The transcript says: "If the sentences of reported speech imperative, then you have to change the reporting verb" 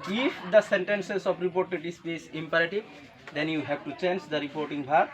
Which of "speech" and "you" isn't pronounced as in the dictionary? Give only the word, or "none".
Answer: speech